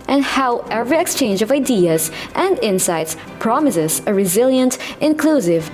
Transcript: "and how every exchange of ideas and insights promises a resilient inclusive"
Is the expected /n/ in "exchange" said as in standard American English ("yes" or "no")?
yes